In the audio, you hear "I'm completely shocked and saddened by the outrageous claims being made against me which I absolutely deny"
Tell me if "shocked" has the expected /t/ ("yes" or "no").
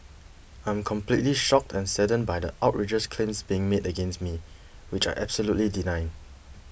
yes